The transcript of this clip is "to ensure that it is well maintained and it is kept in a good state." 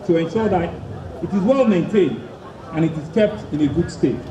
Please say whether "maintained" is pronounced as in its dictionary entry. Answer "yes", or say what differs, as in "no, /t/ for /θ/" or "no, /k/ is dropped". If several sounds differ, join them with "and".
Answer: no, /d/ is dropped